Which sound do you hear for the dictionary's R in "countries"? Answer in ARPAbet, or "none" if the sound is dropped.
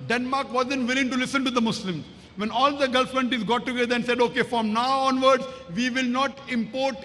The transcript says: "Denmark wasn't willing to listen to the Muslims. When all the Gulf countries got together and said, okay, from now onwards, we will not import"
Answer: none